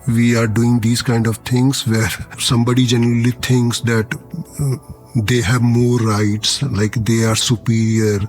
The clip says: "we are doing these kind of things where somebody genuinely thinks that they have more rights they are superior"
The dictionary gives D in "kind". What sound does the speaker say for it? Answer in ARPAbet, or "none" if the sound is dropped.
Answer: D